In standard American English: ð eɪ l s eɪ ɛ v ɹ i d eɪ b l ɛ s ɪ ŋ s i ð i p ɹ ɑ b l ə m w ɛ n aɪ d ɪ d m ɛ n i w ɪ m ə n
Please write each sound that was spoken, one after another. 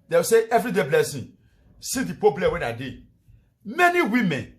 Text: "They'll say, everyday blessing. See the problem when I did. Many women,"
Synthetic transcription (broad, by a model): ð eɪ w s eɪ ɛ v ɹ i d eɪ b l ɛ s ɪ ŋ s i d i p ɑ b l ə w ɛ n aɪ d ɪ m ɛ n i w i m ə n